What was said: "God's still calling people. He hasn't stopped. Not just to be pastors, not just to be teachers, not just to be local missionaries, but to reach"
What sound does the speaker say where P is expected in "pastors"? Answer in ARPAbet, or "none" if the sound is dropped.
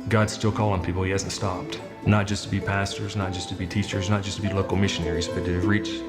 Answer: P